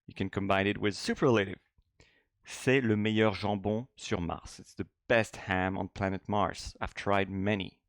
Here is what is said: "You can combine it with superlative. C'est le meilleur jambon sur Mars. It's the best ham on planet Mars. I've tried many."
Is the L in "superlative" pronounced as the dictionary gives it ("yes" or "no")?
yes